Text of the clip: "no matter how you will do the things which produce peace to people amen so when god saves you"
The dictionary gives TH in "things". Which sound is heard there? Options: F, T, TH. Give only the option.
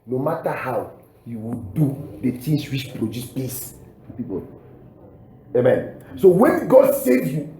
T